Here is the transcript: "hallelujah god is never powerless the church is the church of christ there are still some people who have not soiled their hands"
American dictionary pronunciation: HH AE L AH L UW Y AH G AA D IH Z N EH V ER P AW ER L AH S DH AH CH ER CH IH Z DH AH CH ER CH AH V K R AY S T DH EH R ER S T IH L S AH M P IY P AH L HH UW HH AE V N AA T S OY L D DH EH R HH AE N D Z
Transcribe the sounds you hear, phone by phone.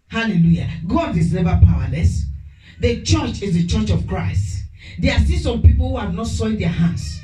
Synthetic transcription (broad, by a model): HH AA L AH L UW Y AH G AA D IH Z N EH V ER P AW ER L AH S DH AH CH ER CH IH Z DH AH CH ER CH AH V K R AY S T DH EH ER S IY S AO M P IY P AH L HH UW HH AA V N AA T S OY D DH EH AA HH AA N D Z